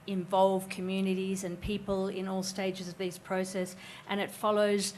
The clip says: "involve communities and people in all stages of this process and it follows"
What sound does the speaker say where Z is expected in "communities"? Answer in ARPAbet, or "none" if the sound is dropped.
Z